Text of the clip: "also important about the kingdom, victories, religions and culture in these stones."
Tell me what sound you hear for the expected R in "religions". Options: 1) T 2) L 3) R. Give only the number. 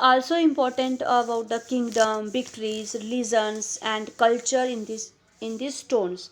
2